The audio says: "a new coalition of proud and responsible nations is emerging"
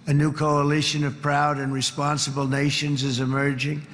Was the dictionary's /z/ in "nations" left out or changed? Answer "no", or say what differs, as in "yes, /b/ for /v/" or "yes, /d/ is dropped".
no